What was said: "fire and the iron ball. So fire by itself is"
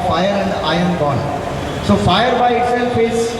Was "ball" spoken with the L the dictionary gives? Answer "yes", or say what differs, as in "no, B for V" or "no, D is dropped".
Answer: no, N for L